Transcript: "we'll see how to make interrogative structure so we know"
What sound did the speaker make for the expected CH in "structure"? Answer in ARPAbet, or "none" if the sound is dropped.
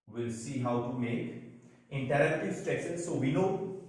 S